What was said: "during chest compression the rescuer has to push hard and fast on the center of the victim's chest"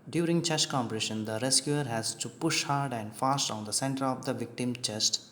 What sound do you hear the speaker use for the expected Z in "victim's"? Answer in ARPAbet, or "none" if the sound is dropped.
none